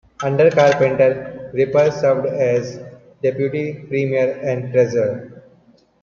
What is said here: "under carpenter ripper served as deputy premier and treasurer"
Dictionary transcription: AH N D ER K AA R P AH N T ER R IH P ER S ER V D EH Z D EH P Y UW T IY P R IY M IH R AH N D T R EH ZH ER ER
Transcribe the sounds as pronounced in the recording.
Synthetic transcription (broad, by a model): AH N D ER K AA R P AH N T ER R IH P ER S ER V D EH Z D EH P Y UW T IY P R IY M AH R AH N D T R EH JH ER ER